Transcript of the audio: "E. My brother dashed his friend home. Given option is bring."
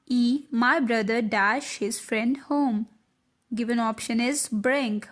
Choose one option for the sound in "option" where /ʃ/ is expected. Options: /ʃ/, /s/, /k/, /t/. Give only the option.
/ʃ/